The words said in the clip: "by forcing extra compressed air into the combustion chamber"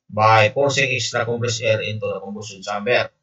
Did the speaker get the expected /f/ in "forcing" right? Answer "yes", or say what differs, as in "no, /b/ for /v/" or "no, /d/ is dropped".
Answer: no, /p/ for /f/